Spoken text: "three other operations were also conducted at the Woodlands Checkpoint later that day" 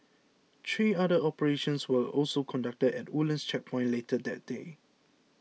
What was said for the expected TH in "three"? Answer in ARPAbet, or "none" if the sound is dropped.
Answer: T